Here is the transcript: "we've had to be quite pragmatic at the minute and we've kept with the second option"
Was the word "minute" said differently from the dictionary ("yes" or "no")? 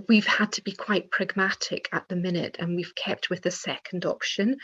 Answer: no